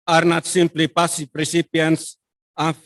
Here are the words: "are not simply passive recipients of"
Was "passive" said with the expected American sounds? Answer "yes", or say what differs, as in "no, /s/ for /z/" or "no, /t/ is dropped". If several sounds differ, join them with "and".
no, /p/ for /v/